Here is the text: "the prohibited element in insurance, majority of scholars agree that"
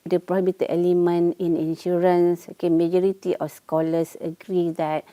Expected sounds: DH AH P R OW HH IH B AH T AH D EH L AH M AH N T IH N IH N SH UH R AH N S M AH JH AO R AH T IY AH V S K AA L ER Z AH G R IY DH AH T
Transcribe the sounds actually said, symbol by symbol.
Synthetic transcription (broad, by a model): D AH P R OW HH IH B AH T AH EH L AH M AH N IH N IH N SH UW R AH N S M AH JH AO R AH T IY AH F S K AA L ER S AH G R IY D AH T